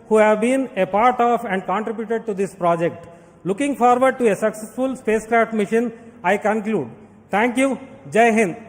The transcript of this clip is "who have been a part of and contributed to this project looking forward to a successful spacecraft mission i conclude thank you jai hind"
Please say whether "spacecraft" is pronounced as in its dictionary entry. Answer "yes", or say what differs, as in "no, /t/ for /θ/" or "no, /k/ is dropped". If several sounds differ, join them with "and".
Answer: yes